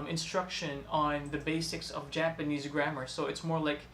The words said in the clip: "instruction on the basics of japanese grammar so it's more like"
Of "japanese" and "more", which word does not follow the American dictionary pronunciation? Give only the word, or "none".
none